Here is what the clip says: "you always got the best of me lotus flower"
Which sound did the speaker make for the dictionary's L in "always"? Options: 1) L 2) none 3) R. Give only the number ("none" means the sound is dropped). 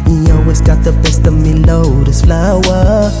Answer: 2